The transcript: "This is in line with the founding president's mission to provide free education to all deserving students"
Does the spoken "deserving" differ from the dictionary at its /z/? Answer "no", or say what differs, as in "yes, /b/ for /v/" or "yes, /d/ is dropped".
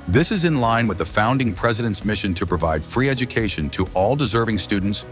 no